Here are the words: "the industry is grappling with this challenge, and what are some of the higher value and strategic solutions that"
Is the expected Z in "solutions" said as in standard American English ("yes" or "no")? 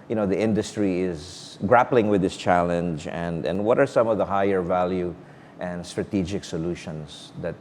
no